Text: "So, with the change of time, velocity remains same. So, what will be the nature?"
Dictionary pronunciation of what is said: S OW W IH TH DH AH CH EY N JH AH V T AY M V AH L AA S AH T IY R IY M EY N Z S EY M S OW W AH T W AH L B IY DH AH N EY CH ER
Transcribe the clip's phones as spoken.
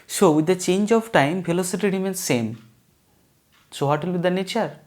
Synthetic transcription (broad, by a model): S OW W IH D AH CH EY N JH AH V T AY M P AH L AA S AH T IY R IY M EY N S EY M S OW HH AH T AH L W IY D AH N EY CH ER